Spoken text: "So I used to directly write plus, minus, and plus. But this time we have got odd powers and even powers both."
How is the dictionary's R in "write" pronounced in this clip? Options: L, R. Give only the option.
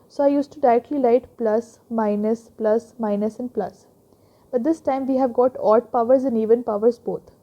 L